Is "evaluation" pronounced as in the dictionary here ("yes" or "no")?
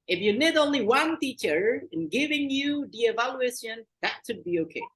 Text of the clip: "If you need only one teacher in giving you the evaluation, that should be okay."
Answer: yes